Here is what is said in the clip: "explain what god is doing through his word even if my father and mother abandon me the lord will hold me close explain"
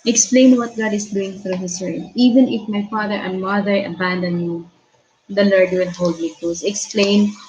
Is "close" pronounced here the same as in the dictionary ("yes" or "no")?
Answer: no